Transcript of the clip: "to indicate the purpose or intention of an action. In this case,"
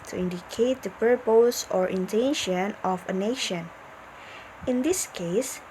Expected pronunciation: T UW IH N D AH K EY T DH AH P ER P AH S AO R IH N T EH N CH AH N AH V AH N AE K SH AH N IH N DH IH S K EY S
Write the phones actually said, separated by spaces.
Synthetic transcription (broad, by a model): T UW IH N D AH K EY T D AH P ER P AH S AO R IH N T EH N SH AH N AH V AH N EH SH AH N IH N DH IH S K EY S